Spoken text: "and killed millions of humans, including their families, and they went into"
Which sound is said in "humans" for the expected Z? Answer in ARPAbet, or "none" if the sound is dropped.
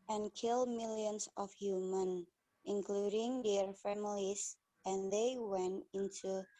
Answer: none